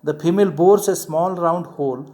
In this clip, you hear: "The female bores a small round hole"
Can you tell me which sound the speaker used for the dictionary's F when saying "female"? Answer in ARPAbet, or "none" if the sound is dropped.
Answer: P